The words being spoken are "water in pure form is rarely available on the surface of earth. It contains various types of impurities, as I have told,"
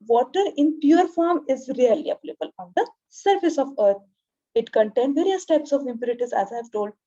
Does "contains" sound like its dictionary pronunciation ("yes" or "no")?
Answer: no